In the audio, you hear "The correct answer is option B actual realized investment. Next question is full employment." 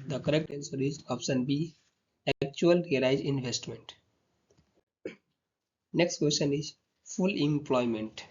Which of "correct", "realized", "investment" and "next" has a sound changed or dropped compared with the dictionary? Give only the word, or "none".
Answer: realized